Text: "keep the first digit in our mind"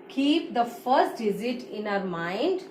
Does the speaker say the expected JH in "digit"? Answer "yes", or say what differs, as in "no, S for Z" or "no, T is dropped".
no, Z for JH